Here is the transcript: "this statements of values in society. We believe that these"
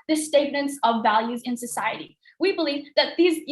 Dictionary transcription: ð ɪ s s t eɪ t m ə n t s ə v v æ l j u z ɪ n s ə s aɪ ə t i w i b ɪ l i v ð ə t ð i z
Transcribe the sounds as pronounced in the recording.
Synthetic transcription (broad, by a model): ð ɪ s s t eɪ t m ə n t s ə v v æ l j u z ɪ n s ə s aɪ ə t i w i b ɪ l i v ð ə t ð i z